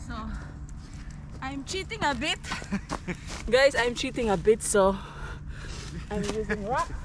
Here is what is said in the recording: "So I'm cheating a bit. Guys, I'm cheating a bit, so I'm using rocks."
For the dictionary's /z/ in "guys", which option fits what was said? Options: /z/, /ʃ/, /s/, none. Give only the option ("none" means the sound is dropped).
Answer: /s/